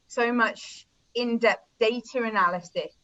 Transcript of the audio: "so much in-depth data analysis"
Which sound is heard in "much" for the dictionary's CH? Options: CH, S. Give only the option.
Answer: CH